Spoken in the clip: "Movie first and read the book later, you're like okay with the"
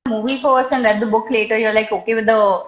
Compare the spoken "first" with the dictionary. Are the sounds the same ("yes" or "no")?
no